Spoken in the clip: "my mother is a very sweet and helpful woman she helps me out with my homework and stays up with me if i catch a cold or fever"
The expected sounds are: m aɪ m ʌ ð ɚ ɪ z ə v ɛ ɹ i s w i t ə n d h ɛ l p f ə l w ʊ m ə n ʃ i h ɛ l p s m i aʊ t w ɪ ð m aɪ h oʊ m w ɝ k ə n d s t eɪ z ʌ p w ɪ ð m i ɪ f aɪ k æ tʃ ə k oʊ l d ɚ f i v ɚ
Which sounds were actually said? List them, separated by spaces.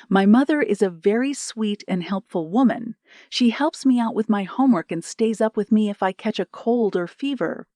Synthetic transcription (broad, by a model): m aɪ m ʌ ð ɚ ɪ z ə v ɛ ɹ i s w i t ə n h ɛ l p f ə l w ʊ m ə n ʃ i h ɛ l p s m i aʊ t w ɪ ð m aɪ h oʊ m w ɝ k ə n s t eɪ z ʌ p w ɪ ð m i ɪ f aɪ k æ tʃ ə k oʊ l d ɚ f i v ɚ